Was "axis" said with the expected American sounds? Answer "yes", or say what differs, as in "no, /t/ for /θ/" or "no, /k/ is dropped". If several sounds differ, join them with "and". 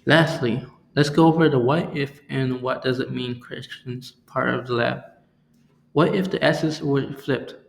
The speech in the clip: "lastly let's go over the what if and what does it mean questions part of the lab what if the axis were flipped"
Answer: no, /k/ is dropped